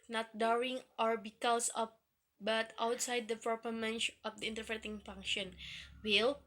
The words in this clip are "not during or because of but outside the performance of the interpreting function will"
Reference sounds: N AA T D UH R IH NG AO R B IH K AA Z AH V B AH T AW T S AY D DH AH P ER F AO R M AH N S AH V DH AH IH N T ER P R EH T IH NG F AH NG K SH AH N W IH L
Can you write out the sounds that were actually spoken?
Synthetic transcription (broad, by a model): N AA T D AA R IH NG AO R B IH K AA S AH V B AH T AW T S AY D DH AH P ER P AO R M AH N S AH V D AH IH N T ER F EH T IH NG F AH NG K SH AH N W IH L